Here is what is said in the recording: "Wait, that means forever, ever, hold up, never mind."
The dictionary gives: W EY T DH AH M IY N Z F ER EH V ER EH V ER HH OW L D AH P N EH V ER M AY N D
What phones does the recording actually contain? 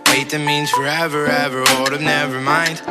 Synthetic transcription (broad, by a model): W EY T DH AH M IY N Z F ER EH V ER EH V ER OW D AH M N EH V ER M AY N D